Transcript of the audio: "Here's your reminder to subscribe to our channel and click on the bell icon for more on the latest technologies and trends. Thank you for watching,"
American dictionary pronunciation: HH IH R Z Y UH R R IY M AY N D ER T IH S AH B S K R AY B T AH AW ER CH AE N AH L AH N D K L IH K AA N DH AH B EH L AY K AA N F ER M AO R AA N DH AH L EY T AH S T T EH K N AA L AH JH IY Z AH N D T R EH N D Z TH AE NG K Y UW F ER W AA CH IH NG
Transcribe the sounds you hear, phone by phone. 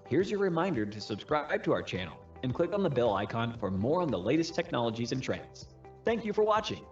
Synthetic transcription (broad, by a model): HH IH R Z Y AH R R IY M AY N D ER T IH S AH B S K R AY B T AH AW ER CH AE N L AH N K L IH K N DH AH B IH L AY K AA N F ER M AO R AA N DH AH L EY T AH S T T EH K N AA L AH JH IY Z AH N T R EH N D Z TH AE NG K Y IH F ER W AA CH IH NG